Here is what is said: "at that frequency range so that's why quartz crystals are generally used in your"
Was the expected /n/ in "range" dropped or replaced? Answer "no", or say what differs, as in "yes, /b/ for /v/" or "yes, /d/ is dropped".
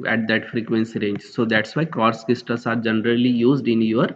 no